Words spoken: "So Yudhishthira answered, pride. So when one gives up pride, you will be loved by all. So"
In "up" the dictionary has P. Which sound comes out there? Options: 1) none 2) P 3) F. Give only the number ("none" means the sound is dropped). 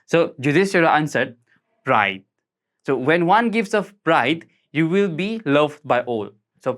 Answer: 3